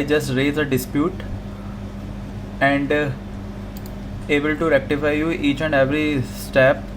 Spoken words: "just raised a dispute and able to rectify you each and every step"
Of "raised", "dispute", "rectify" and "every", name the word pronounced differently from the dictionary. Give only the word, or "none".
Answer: raised